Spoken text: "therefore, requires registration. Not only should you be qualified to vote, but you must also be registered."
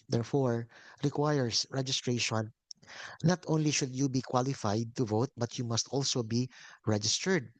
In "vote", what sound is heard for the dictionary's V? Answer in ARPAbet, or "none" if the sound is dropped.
V